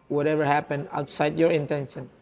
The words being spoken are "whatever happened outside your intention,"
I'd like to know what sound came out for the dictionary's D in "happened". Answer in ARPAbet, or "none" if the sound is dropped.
none